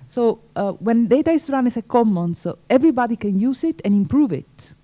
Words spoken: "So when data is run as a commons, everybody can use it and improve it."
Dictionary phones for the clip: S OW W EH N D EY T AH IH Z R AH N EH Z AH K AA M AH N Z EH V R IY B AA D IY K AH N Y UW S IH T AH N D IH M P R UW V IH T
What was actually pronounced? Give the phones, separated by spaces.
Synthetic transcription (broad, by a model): S OW W EH N D EY T AH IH S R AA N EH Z AH K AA M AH N S EH V R IY B AA D IY K AH N Y UW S IH T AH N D IH M P R UW V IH T